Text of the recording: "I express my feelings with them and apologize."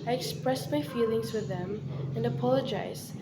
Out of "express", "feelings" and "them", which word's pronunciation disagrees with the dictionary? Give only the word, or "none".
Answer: none